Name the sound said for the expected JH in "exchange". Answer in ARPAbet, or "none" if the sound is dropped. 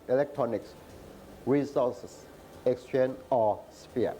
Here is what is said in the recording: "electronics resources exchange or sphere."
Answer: none